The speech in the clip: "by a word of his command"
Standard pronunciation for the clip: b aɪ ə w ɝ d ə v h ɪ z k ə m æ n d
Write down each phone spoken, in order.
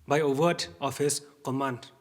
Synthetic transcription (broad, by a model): b aɪ ə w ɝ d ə p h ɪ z k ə m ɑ n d